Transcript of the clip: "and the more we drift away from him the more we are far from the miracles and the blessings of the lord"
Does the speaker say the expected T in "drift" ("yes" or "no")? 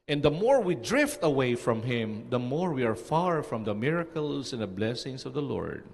yes